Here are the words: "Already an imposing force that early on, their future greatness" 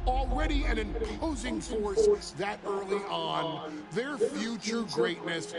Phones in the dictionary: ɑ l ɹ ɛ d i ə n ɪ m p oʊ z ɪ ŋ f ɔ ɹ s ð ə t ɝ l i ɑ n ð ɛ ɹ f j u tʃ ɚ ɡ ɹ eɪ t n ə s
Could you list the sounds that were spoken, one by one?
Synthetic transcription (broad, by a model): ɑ l ɹ ɛ d i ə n ɪ m p oʊ z ɪ ŋ f ɔ ɹ s ð ə t ɝ l i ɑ n ð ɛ ɹ f j u tʃ ɚ ɡ ɹ eɪ t n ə s